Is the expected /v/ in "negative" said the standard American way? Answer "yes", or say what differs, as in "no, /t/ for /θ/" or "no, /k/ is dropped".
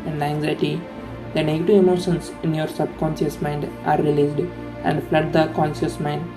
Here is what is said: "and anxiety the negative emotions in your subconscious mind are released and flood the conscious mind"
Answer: yes